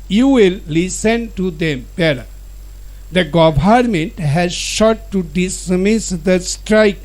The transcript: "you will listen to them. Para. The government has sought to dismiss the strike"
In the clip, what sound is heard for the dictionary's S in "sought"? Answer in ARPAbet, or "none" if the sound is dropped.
SH